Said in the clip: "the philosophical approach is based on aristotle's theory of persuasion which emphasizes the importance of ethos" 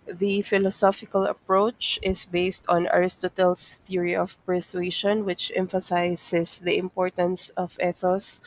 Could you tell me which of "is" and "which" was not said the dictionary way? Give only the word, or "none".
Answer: is